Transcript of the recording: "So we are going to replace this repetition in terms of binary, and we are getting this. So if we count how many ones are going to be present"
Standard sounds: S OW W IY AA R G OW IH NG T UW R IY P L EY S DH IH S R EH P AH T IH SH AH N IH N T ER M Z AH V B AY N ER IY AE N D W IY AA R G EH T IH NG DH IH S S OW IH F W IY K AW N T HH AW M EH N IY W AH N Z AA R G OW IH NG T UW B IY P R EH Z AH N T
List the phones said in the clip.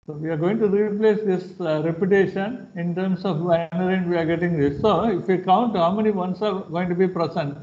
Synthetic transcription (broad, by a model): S OW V IY AA R G OW IH NG T UW R IY P L EY S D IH S R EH P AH T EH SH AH N IH N T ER M S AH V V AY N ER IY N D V IY AA R G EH T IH NG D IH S S OW IH F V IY K AW N T HH AW M EH N IY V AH N S AA R G OW IH NG T UW B IY P R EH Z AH N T